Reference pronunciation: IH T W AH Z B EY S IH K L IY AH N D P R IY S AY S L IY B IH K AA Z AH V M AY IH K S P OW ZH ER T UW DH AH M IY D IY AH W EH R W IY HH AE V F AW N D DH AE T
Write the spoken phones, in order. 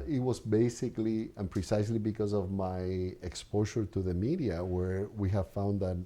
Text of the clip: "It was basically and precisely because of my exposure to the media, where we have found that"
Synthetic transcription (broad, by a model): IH T W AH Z B EY S IH K L IY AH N P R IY S AY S L IY B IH K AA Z AH V M AY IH K S P OW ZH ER T UW DH AH M IY D IY AH W EH R W IY HH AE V F AW N D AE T